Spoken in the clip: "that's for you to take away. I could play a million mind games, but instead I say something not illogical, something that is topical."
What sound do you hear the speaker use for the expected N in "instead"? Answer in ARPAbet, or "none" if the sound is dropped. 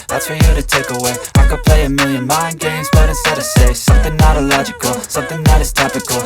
none